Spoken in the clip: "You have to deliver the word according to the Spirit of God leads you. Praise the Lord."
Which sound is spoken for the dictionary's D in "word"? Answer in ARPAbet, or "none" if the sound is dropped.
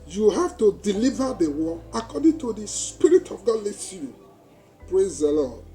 none